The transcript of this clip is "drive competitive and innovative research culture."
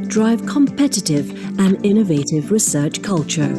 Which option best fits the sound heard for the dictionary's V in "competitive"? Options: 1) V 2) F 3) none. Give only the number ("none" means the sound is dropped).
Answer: 1